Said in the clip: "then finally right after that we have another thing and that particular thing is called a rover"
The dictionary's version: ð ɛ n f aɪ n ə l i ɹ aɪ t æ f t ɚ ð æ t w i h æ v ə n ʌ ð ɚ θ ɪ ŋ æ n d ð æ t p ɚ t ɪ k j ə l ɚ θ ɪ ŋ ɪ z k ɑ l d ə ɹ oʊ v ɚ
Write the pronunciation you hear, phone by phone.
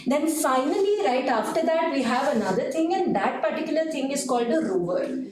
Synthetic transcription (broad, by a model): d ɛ n f aɪ n ə l i ɹ aɪ t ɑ f t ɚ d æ t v i h æ v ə n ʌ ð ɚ t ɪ ŋ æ n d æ t p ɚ t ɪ k j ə l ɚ t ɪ ŋ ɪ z k ɑ l d ə ɹ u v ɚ